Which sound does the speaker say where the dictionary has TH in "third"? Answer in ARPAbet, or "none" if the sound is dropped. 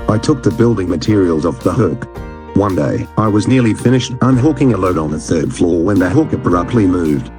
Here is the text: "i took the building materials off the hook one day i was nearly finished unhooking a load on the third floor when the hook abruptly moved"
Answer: TH